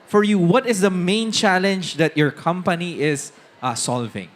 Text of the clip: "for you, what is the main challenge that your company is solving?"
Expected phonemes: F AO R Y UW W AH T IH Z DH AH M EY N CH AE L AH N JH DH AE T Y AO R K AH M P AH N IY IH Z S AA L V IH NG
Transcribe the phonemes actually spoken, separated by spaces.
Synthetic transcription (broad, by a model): F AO R Y UW W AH T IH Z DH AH M EY N CH AE L AH N JH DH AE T Y AO R K AH M P AH N IY IH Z S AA L V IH NG